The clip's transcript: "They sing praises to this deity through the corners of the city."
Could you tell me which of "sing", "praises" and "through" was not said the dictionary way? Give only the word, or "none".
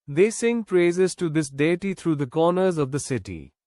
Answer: through